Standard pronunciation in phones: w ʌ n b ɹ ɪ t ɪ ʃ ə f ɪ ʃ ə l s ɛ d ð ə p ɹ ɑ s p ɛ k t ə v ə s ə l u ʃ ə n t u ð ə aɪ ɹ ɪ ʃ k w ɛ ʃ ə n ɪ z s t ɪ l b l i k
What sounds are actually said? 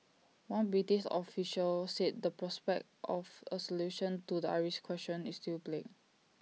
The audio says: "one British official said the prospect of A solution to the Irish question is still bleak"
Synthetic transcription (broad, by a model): w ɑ n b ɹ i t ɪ s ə f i ʃ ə l s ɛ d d ə p ɹ ɑ s p ɛ k t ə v ə s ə l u ʃ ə n t u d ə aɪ ɹ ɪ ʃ k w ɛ s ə n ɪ s t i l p l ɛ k